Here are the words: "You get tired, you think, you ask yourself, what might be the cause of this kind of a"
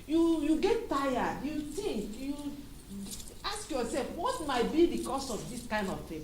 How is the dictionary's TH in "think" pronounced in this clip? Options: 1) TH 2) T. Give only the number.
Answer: 2